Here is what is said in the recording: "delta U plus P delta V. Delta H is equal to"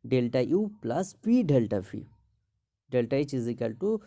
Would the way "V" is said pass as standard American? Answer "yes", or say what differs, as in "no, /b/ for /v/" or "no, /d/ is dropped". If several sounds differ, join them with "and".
no, /f/ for /v/